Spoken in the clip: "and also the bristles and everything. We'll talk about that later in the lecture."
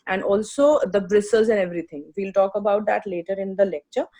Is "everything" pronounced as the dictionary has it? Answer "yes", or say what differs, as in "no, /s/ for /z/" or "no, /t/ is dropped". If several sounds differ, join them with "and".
no, /t/ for /θ/